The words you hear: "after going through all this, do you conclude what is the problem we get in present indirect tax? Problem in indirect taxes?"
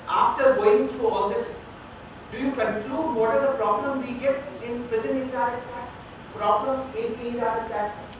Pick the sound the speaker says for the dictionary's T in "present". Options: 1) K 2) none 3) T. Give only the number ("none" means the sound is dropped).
2